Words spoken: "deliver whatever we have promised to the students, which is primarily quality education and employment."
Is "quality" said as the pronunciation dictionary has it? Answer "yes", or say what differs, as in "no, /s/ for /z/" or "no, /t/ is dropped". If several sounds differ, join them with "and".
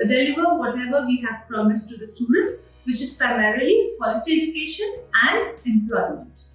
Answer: no, /s/ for /t/